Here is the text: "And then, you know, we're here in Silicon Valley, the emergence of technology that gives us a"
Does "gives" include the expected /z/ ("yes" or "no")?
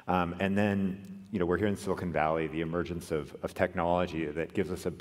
yes